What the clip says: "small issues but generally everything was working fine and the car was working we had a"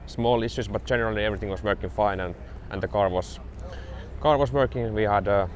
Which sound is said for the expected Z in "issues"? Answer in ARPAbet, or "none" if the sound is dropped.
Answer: S